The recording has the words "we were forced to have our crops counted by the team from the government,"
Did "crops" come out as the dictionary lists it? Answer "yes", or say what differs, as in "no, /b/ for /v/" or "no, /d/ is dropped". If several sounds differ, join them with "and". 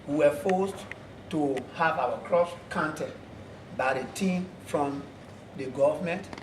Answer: no, /p/ is dropped